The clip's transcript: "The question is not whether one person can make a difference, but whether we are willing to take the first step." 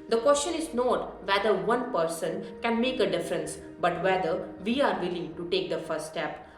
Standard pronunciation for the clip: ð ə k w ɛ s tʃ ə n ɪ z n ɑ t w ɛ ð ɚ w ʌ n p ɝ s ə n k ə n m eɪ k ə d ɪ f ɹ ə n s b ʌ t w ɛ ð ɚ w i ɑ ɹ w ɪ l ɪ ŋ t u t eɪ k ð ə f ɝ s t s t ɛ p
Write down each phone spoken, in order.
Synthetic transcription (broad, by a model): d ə k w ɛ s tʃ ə n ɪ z n ɑ t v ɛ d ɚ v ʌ n p ɝ s ə n k ə n m eɪ k ə d ɪ f ɹ ə n s b ʌ t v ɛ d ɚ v i ɑ ɹ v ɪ l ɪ ŋ t u t eɪ k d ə f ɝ t s t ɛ p